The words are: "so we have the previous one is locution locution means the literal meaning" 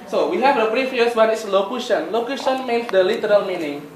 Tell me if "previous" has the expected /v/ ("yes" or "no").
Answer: no